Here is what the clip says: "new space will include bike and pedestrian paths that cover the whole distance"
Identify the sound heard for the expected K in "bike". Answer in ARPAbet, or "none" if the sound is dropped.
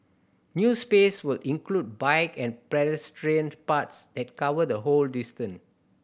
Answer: K